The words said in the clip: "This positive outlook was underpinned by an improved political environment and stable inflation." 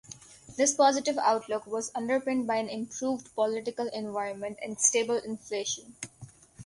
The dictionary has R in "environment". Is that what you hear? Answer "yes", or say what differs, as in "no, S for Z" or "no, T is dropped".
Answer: yes